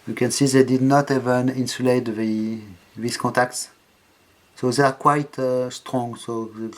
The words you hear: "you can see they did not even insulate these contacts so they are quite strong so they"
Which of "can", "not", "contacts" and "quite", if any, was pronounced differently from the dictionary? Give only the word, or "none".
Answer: contacts